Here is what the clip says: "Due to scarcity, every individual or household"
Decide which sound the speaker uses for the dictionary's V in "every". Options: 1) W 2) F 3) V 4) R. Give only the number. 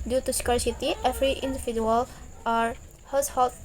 2